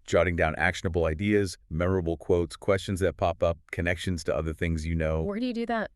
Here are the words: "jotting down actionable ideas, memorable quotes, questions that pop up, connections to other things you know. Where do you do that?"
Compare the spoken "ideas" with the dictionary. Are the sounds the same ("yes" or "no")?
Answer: yes